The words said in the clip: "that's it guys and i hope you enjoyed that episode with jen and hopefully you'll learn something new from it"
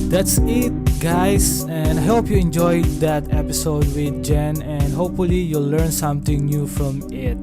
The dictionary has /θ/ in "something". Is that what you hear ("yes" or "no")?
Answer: no